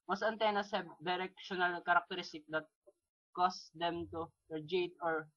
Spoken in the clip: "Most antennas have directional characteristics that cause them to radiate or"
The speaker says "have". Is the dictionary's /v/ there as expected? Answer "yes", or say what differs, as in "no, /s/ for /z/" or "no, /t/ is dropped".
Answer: no, /b/ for /v/